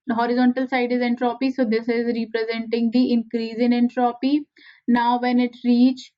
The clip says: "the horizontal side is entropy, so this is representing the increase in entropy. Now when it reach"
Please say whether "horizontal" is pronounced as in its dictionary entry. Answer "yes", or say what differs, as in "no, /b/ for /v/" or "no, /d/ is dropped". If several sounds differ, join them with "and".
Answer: yes